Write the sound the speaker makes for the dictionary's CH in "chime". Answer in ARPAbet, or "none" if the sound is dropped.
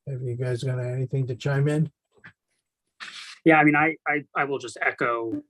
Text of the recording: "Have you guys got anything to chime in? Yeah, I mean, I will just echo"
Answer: CH